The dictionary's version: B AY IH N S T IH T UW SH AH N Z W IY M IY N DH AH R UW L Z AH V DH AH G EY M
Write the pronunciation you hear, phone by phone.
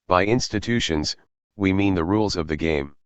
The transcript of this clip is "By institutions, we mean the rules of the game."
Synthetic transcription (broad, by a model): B AY IH N S T IH T UW SH AH N Z W IY M IY N DH AH R UW L Z AH V DH AH G EY M